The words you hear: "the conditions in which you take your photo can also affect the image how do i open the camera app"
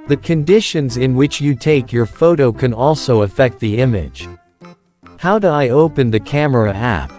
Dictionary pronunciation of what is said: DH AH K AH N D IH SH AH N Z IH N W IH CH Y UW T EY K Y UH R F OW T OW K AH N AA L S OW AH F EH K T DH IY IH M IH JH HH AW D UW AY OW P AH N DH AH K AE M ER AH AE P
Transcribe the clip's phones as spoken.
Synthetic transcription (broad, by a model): DH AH K AH N D IH SH AH N Z IH N W IH CH Y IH T EY K Y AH R F OW T OW K AH N AA L S OW AH F EH K T DH IY IH M IH JH HH AW D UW AY OW P AH N DH AH K AE M ER AH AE P